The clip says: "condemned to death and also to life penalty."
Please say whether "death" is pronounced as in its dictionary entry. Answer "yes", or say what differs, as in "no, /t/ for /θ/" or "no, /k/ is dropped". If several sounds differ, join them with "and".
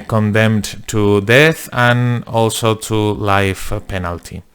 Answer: yes